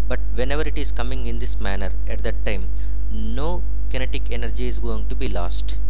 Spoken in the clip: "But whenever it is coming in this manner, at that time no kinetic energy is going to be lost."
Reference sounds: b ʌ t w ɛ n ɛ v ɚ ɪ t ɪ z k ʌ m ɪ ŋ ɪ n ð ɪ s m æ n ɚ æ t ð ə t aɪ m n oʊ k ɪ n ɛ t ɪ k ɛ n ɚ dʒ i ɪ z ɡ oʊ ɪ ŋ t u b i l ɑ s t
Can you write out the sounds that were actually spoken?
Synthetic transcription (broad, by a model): b ʌ t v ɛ n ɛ v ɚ ɪ t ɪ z k ʌ m ɪ ŋ ɪ n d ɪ s m æ n ɚ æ t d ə t aɪ m n oʊ k ɪ n ɛ t ɪ k ɛ n ɚ dʒ i ɪ z ɡ oʊ ɪ ŋ t u b i l ɑ s t